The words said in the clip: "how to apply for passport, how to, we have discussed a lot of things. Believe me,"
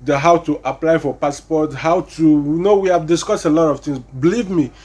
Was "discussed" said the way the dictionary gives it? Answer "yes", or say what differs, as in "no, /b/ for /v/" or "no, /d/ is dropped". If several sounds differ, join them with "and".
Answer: yes